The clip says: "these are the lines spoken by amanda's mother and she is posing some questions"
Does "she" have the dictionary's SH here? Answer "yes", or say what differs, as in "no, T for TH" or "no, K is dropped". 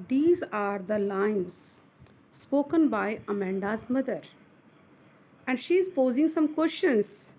yes